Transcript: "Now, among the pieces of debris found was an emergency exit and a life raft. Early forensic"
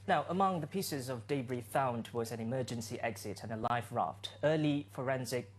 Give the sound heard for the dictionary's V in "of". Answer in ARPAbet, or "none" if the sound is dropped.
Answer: V